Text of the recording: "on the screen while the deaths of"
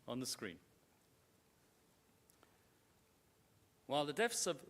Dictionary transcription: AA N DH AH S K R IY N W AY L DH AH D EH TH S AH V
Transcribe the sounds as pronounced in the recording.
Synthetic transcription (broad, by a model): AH N DH AH S K R IY N W AY L DH AH D EH F S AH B